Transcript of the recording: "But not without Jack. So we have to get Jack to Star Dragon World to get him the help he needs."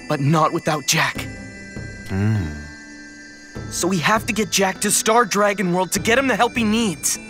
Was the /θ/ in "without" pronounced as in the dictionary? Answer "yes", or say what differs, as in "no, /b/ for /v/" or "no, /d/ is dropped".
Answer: yes